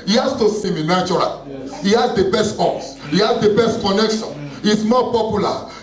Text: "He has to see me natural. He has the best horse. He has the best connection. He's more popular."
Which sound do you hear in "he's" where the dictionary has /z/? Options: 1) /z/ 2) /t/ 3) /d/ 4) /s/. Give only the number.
4